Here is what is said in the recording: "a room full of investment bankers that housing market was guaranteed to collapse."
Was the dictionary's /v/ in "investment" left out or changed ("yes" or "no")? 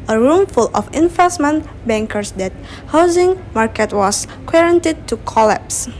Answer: yes